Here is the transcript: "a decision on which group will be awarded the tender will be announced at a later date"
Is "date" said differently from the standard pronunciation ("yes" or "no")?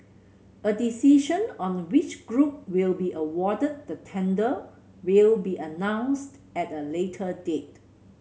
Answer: no